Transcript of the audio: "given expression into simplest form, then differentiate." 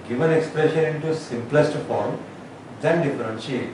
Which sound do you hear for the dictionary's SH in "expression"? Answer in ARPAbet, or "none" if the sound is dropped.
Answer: SH